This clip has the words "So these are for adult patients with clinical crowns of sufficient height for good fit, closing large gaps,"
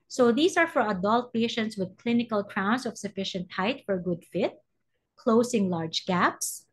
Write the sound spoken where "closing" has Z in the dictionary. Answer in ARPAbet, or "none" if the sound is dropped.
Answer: S